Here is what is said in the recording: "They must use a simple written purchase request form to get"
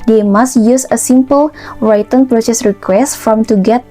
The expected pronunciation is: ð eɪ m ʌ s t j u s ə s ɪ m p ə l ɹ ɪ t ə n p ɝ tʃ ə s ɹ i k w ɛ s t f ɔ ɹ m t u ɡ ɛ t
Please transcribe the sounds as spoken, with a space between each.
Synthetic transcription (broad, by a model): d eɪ m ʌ s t j u s ə s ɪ m p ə l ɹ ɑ t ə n p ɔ s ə s ɹ i k w ɛ s t f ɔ m t u ɡ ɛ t